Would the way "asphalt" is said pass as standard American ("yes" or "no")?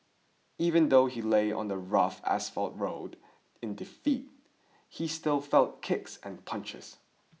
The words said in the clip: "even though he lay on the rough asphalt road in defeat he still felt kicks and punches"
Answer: yes